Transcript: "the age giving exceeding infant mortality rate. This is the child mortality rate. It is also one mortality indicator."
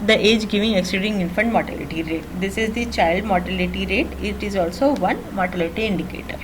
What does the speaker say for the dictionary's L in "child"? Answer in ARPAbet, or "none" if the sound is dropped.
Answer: L